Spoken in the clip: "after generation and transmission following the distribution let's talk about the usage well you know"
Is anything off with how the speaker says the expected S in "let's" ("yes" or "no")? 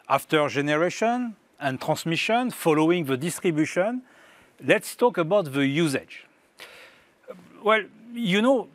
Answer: no